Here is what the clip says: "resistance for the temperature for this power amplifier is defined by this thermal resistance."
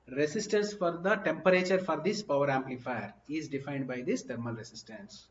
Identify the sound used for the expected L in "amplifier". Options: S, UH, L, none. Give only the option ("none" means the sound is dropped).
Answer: L